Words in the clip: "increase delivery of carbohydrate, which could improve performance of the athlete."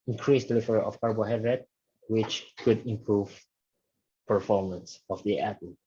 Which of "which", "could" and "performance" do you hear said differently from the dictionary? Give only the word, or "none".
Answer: none